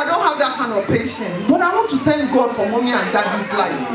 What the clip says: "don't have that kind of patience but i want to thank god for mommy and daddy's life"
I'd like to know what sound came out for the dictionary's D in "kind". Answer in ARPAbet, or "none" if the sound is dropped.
none